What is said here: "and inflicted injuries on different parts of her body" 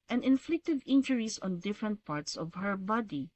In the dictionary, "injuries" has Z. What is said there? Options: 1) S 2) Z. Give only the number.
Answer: 1